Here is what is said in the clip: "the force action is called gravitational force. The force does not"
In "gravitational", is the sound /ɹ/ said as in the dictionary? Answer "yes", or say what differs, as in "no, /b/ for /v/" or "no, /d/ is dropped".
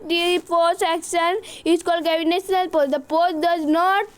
no, /ɹ/ is dropped